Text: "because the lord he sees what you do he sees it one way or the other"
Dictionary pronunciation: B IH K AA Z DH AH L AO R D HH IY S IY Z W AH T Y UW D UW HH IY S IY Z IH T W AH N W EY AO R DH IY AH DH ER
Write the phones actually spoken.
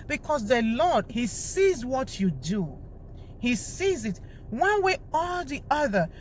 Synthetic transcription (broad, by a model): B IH K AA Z DH AH L AO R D HH IY S IY Z W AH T Y UW D UW HH IY S IY Z IH T W AH N W EY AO L DH IY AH DH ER